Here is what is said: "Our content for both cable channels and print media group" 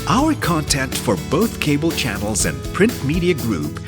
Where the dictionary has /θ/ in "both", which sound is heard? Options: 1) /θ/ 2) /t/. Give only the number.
1